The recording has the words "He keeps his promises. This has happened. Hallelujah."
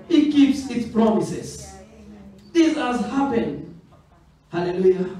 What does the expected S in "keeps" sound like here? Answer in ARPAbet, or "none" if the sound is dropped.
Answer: S